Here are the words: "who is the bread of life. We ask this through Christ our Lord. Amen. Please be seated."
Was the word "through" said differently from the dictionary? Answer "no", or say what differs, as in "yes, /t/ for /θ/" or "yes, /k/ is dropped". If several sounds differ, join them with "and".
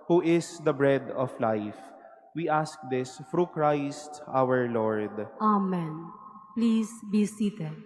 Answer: yes, /f/ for /θ/